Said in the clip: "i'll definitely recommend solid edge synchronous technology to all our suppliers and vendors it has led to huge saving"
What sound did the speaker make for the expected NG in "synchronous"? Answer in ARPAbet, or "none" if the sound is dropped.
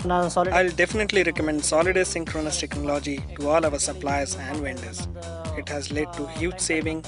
NG